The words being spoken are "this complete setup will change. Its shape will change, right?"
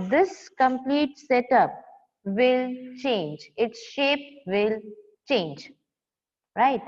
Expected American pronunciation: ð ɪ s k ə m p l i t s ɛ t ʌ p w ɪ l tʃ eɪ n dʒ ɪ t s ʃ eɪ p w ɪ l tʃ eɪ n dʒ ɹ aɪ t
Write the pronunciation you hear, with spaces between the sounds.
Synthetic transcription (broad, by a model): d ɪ s k ə m p l i t s ɛ t ʌ p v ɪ l tʃ eɪ n dʒ ɪ t s ʃ eɪ p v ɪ l tʃ eɪ n dʒ ɹ aɪ t